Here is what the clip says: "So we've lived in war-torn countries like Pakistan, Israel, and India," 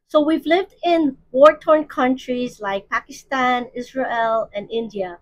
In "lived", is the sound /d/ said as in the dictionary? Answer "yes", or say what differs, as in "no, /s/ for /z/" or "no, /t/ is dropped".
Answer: yes